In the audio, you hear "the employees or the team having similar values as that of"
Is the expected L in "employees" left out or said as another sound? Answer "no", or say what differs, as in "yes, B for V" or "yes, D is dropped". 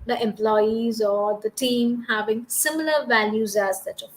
no